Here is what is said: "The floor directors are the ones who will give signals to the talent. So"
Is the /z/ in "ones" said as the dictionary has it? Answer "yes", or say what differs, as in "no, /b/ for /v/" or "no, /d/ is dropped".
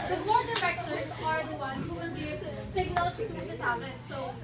no, /z/ is dropped